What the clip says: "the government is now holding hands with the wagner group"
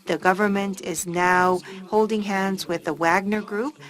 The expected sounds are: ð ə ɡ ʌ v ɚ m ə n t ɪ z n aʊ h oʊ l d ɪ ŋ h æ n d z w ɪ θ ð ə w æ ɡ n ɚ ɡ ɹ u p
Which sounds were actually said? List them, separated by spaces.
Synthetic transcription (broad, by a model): ð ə ɡ ʌ v ɚ m ə n t ɪ z n aʊ h oʊ l d ɪ ŋ h æ n d z w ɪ ð ə w æ ɡ n ɚ ɡ ɹ u p